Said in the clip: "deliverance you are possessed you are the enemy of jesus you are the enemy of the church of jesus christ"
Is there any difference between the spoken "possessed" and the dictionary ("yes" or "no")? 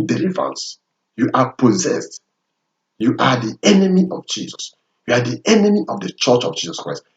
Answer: no